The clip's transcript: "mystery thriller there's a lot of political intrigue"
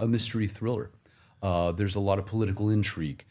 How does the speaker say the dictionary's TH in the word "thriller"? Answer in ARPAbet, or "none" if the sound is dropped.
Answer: TH